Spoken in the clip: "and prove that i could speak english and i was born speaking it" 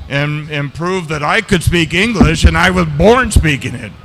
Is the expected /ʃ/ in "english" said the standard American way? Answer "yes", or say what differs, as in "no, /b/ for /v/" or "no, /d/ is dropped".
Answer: yes